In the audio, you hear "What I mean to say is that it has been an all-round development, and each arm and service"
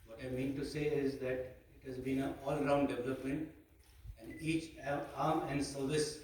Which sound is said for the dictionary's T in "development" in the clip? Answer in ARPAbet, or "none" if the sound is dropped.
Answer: T